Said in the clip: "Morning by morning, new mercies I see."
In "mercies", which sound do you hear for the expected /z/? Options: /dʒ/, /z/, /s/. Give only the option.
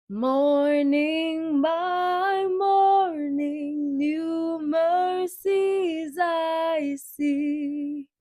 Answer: /z/